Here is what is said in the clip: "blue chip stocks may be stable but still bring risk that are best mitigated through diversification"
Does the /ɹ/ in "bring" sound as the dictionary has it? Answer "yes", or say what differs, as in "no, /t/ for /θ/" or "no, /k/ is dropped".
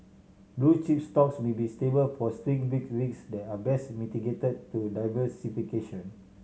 no, /ɹ/ is dropped